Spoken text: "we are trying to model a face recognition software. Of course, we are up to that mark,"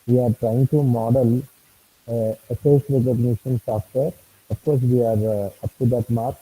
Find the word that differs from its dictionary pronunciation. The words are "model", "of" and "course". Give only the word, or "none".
of